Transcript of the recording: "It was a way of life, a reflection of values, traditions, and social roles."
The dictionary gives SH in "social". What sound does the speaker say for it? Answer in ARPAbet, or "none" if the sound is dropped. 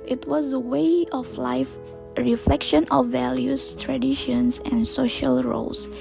SH